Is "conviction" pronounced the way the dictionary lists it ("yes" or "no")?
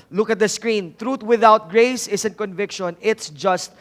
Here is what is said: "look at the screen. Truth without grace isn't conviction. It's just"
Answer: yes